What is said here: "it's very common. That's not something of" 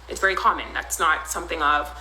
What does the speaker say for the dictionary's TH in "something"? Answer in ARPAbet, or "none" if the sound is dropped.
TH